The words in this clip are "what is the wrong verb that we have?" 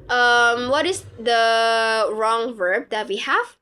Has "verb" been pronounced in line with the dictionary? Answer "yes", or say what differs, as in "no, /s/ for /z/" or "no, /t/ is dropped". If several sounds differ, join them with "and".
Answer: yes